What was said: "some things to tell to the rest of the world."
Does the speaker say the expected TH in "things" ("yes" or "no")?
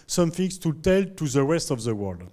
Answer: no